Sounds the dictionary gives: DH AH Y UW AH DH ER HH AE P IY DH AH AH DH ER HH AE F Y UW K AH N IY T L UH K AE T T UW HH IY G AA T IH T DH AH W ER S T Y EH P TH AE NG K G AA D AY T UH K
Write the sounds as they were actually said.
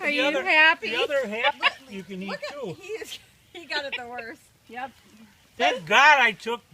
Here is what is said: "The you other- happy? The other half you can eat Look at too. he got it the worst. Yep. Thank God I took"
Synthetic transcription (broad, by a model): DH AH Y AH DH ER HH AE P IY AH AH DH ER HH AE P Y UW K AH N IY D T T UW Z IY G AA T IH T DH AH W ER S T Y EH P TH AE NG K G AA D AY T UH K